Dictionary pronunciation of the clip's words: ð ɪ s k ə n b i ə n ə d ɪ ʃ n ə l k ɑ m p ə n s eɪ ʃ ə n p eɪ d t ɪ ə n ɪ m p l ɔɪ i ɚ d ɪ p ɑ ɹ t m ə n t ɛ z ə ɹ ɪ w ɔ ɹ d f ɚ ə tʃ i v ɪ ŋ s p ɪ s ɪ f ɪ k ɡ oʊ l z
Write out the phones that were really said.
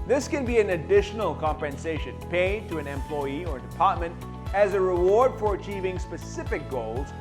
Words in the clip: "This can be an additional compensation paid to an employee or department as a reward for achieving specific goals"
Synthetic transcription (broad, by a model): ð ɪ s k ə n b i ə n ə d ɪ ʃ n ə l k ɑ m p ə n s eɪ ʃ ə n p eɪ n t ɪ ə n ɪ m p l ɔɪ i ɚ d ɪ p ɑ ɹ t m ə n t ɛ z ə ɹ ɪ w ɔ ɹ d f ɚ ə tʃ i v ɪ ŋ s p ɪ s ɪ f ɪ k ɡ oʊ l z